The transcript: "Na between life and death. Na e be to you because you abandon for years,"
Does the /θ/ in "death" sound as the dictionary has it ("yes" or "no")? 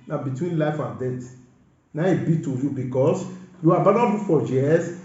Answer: no